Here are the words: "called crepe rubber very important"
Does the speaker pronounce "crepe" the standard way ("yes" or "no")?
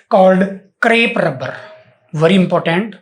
yes